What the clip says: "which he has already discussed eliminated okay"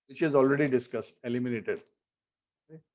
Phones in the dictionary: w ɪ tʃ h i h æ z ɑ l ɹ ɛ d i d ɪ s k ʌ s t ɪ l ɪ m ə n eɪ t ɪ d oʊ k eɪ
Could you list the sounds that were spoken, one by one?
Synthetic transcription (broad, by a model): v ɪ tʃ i z ɑ l ɹ ɛ d i d ɪ s k ʌ s t ɪ l ɪ m ə n eɪ t ɪ d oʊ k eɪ